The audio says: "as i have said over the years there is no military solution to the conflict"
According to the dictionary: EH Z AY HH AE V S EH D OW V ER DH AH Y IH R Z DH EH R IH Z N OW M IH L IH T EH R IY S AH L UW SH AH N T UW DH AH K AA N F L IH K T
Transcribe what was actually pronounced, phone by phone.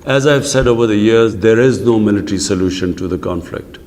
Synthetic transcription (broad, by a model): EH Z AY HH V S EH D OW V ER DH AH Y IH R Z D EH R IH Z N OW M IH L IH T R IY S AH L UW SH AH N T UW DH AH K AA N F L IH K T